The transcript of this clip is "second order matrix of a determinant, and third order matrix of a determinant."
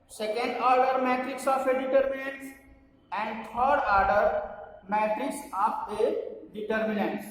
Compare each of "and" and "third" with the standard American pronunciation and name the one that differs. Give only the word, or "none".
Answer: third